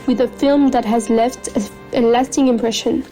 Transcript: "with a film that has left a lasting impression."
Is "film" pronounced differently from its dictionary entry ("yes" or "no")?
no